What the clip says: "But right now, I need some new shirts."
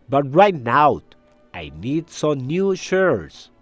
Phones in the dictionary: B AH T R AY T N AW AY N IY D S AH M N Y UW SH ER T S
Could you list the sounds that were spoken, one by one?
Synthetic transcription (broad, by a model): B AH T R AY T N AW AY N IY D S AH M N Y UW SH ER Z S